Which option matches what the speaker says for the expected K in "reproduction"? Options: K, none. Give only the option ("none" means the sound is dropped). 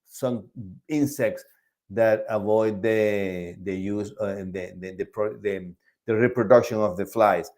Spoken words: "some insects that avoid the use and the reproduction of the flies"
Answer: K